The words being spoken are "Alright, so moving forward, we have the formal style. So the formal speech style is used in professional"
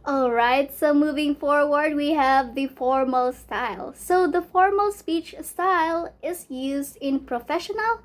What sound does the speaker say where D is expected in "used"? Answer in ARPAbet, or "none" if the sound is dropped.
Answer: D